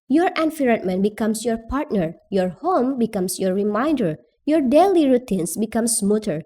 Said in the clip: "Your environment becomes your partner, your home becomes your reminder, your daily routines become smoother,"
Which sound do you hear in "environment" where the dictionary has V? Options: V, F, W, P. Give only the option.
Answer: F